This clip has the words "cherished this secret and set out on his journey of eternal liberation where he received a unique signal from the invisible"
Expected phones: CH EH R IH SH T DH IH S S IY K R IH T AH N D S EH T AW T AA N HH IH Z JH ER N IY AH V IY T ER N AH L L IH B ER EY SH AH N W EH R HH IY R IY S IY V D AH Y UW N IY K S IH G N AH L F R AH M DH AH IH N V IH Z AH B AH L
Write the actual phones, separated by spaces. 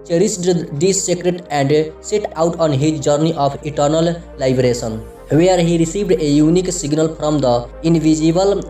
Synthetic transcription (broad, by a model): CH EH R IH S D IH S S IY K R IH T AH N D S EH T AW T AA N HH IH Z JH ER N IY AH P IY T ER N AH L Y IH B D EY S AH N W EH R HH IY R IY S IY V D AH Y UW N IY K S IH G N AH L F R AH M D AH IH N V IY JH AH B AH L